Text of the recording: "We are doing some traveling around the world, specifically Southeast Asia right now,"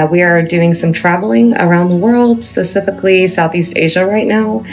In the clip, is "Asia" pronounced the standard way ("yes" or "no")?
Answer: yes